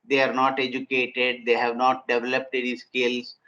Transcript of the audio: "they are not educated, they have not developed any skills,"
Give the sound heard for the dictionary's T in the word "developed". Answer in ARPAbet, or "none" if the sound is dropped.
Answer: T